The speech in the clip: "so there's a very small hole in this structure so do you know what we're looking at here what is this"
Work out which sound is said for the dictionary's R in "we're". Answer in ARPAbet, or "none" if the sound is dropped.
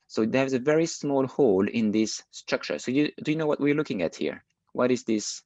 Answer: R